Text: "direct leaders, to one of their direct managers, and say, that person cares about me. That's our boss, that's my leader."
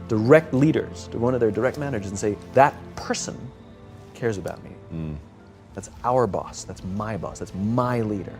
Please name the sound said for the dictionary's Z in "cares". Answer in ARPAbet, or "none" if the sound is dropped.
Z